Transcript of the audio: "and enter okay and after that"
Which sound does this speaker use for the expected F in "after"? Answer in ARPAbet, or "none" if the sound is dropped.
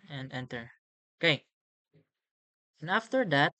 F